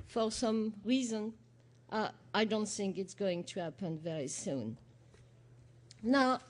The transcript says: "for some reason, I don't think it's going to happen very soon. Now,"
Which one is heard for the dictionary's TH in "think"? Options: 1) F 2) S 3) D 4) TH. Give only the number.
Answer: 4